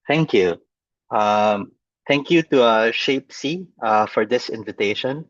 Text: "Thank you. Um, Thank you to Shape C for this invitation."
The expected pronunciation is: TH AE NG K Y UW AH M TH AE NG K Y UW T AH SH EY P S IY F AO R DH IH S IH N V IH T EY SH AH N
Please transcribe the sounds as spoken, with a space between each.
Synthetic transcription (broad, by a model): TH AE NG K Y UW AH M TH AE NG K Y UW T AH SH EY P S IY F AO R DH IH S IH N V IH T EY SH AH N